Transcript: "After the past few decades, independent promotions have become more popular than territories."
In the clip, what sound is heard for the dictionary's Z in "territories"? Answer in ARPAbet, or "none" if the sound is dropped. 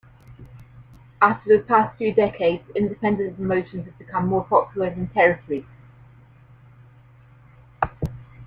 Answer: none